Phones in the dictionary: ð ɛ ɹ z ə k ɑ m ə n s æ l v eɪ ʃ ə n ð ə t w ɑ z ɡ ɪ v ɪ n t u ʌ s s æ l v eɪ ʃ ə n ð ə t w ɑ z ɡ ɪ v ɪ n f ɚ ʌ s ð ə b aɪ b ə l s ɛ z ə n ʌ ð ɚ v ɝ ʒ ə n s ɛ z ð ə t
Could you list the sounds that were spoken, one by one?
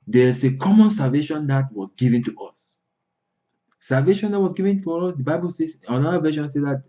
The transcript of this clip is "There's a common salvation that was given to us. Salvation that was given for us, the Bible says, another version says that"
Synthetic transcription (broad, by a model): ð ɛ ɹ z ə k ɑ m ə n s æ l v eɪ ʃ ə n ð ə t w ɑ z ɡ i v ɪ n t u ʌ s s æ l v eɪ ʃ ə n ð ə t w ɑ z ɡ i v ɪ n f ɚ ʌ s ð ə b aɪ b ə l s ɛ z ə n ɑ ɚ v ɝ ʃ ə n s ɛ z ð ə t